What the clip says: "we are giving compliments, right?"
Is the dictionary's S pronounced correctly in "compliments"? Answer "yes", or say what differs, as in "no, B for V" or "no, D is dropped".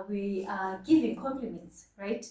yes